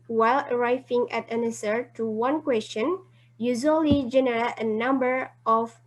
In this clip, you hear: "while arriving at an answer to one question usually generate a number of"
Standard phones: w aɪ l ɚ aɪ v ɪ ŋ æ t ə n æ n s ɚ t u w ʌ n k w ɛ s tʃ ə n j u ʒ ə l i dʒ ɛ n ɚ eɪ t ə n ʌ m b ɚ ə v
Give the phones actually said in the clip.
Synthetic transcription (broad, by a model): w aɪ l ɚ aɪ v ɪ ŋ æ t ə n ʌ s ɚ t u w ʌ n k w ɛ s tʃ ə n j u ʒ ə l i dʒ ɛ n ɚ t ə n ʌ m b ɚ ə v